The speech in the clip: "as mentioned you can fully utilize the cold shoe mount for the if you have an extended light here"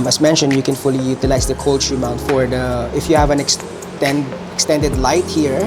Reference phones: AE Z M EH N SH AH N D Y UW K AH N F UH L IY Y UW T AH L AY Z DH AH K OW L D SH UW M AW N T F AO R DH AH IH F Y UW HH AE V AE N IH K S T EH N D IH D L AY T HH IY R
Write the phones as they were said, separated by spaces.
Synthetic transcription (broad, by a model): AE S M EH N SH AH N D Y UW K AH N F UH L IY Y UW T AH L AY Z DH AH K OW L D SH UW M AW N T F AO R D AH IH F Y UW HH AE V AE N IH K S T EH N D IH D L AY T HH IY R